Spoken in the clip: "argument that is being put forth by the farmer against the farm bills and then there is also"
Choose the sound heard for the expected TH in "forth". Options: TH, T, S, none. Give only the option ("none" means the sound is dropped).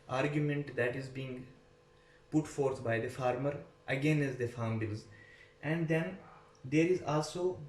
T